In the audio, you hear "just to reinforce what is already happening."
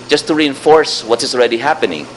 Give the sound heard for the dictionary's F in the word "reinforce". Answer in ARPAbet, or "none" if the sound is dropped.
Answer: F